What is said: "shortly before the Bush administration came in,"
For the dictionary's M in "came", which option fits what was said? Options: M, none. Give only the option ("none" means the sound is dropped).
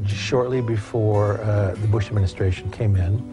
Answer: M